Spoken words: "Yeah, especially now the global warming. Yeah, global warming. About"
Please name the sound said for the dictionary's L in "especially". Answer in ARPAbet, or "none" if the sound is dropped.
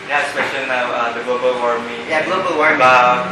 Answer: N